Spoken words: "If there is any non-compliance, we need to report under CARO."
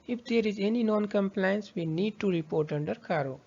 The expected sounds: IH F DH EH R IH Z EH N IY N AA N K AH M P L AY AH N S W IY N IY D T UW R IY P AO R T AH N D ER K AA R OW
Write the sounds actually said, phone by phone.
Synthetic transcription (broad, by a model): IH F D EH R IH Z EH N IY N AA N K AH M P L AY AH N S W IY N IY D T UW R IY P AO R T AH N D ER K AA R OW